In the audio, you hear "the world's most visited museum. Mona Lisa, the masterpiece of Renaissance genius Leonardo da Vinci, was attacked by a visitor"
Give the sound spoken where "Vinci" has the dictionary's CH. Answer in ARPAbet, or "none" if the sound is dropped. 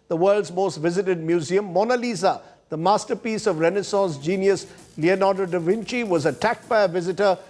CH